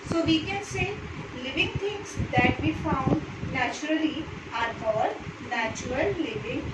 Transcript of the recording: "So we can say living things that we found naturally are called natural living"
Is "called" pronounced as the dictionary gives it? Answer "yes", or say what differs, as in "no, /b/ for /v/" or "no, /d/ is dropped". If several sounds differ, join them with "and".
no, /l/ is dropped